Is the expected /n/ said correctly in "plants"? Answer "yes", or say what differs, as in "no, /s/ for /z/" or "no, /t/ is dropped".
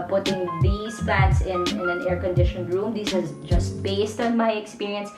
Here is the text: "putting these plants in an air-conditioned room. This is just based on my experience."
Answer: no, /n/ is dropped